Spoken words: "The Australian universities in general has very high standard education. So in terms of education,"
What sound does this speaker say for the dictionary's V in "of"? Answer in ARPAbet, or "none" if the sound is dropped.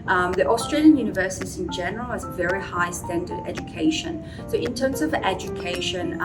V